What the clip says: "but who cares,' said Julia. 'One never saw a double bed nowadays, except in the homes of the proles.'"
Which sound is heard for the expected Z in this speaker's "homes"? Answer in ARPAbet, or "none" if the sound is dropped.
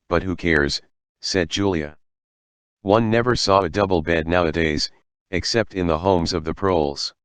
Z